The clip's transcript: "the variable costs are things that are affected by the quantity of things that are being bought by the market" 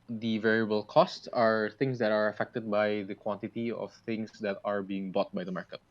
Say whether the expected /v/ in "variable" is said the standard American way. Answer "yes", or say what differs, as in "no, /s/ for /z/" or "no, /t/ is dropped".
yes